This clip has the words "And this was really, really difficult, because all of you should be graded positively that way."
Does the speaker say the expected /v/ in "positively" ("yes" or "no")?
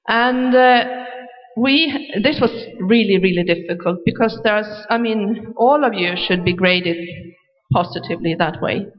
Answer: yes